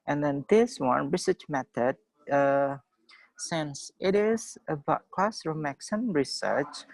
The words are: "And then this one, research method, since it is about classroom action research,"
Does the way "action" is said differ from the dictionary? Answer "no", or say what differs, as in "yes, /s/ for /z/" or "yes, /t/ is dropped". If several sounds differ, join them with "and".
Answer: yes, /s/ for /ʃ/